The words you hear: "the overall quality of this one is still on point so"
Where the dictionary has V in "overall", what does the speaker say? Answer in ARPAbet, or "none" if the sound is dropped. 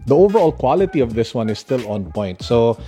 V